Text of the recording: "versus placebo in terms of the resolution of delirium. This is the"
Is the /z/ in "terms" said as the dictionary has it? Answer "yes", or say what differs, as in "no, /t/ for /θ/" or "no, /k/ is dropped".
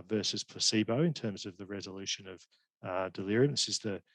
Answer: yes